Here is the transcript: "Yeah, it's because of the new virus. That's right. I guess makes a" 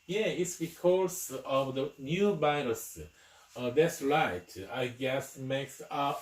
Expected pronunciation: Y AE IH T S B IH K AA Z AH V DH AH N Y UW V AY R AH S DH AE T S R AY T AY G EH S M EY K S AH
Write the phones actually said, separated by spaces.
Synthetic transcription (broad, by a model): Y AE IH T S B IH K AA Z AH V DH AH N Y UW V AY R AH S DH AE T S R AY T AY G EH S M EY K S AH